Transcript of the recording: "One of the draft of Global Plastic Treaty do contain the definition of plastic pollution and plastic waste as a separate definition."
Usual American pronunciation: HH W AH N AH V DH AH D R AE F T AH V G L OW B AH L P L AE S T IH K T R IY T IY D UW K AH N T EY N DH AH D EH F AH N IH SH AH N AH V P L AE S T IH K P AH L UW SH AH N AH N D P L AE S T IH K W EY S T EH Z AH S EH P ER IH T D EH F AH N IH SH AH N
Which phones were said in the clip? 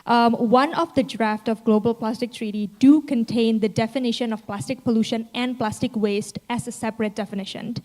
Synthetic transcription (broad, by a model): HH W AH N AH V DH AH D R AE F T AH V G L OW B AH L P L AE S T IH K T R IY T IY D UW K AH N T EY N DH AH D EH F AH N IH SH AH N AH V P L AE S T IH K P AH L UW SH AH N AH N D P L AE S T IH K W EY S T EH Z AH S EH P ER IH T D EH F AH N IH SH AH N